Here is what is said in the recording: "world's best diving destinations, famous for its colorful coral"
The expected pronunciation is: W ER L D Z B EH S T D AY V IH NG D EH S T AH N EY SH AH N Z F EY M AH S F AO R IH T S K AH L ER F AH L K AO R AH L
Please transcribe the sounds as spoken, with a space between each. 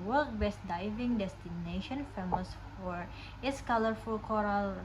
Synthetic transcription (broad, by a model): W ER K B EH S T D AY V IH NG D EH S T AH N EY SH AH N F EY M AH S F AO R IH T S K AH L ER F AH L K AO R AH L